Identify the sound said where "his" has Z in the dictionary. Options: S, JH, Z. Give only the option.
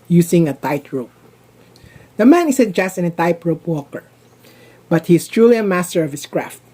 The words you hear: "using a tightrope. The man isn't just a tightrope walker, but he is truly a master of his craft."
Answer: S